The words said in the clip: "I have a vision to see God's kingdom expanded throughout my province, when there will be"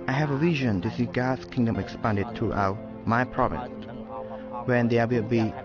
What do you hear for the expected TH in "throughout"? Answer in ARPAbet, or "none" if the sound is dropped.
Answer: T